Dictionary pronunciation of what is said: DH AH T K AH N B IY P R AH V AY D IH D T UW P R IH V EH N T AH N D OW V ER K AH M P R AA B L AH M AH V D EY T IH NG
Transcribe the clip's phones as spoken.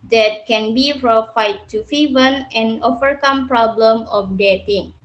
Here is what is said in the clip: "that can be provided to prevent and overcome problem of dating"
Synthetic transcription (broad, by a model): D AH T K AH N B IY F R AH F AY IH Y T UW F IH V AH N AH N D OW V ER K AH M P R AA B L AH M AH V D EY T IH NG